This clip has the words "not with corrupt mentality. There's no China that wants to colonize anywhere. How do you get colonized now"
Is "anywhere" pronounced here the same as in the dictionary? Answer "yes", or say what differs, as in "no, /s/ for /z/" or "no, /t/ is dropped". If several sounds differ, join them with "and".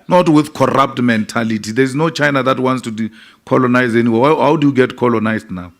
no, /w/ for /ɹ/